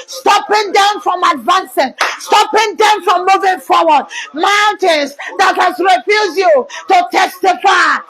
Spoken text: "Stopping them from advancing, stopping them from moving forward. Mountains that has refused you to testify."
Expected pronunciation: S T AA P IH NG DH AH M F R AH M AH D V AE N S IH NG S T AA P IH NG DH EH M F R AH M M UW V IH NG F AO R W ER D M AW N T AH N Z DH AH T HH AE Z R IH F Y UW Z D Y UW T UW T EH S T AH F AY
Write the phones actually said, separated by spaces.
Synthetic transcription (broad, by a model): S T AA P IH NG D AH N F R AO M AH D V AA N S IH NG S T AA P IH NG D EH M F R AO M M UW V IH NG F AO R W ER D M AW N T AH N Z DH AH T HH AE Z R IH F Y UW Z Y UW T UW T EH S T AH F AY